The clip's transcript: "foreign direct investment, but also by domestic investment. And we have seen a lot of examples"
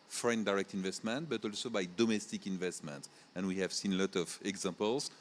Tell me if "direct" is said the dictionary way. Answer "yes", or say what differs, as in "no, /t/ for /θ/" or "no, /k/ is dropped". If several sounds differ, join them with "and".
yes